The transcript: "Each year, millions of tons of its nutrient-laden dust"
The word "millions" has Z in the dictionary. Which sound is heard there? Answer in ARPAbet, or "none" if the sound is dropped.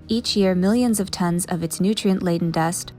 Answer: Z